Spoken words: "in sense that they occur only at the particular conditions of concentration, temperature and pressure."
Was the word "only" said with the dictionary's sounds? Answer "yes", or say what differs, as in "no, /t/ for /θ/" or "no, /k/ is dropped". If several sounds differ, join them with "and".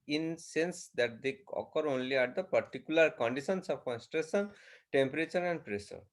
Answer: yes